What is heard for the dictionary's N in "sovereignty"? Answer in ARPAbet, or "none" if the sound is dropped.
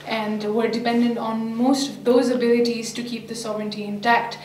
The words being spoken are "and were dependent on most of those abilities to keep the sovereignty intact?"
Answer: N